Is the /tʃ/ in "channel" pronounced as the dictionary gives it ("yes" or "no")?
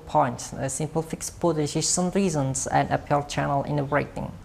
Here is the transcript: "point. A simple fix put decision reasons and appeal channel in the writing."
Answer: yes